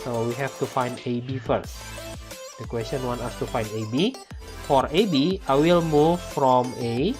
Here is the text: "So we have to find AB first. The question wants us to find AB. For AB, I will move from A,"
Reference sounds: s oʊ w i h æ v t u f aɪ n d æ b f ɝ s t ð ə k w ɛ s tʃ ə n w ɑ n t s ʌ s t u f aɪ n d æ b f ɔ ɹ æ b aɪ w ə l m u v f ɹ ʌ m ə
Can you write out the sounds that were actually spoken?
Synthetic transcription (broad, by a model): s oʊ w i h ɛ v t u f aɪ n d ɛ b f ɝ s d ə k w ɛ s tʃ ə n w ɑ n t ɑ s t u f aɪ n d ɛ b f ɔ ɹ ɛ b aɪ w ə l m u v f ɹ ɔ m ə